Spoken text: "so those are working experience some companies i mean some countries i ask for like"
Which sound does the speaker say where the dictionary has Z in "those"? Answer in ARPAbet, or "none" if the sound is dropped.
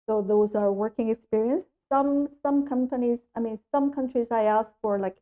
Z